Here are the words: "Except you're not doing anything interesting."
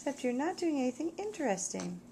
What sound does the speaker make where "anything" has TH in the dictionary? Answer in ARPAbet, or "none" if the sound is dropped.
TH